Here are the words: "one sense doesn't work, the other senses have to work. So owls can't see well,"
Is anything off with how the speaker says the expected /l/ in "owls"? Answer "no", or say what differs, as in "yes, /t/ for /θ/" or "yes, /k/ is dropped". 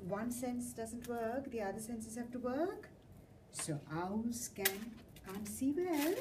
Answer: yes, /l/ is dropped